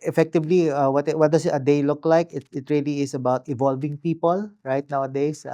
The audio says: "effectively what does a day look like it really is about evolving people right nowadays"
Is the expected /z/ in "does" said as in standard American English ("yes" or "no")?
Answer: no